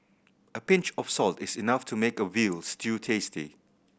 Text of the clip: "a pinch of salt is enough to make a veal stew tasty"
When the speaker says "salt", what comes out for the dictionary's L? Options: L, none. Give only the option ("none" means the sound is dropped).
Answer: L